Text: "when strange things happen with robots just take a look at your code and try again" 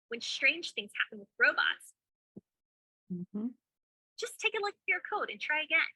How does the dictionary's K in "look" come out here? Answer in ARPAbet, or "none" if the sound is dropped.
none